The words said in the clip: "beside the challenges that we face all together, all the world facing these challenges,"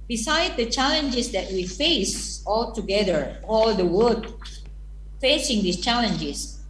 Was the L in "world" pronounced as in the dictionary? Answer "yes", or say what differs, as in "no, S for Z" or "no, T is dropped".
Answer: no, L is dropped